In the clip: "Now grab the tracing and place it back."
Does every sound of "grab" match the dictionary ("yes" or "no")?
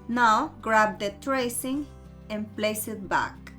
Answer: yes